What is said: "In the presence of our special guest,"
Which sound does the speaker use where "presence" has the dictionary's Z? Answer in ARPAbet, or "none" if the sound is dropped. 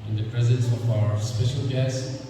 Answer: Z